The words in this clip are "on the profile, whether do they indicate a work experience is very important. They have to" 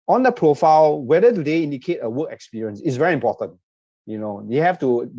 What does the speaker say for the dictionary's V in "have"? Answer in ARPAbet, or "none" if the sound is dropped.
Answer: F